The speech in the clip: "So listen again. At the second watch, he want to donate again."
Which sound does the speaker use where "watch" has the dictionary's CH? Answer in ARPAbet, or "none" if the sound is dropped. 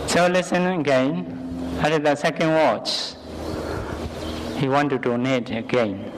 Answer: CH